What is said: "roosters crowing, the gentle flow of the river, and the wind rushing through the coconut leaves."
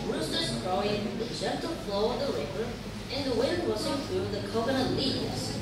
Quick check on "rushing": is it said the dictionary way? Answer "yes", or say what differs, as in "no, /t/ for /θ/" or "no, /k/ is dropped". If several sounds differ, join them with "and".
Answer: no, /w/ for /ɹ/ and /s/ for /ʃ/